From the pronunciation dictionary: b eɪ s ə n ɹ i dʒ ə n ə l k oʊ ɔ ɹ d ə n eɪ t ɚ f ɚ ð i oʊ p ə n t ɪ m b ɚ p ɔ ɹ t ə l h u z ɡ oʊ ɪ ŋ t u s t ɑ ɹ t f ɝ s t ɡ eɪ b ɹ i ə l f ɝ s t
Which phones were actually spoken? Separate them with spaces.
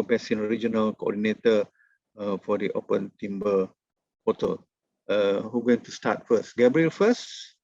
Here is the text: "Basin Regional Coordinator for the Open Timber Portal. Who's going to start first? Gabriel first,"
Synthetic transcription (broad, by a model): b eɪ s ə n ɹ i dʒ ə n ə l k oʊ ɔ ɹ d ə n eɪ t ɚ f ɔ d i oʊ p ə n t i m b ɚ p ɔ t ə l h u ɡ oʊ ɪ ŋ t u s t ɑ t f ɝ s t ɡ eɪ b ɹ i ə l f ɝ s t